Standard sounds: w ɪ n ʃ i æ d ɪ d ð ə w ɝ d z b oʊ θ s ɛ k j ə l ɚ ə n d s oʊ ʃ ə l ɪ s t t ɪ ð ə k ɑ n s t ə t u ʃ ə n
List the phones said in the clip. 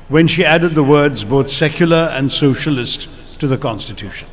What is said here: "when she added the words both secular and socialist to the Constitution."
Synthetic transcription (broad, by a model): w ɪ n ʃ i æ d ɪ d ð ə w ɝ d z b oʊ θ s ɛ k j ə l ɚ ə n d s oʊ ʃ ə l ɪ s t t ɪ ð ə k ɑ n s t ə t u ʃ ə n